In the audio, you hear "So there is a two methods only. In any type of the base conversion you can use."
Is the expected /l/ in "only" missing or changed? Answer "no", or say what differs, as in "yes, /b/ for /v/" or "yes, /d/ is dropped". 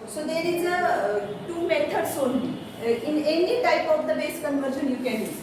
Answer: yes, /l/ is dropped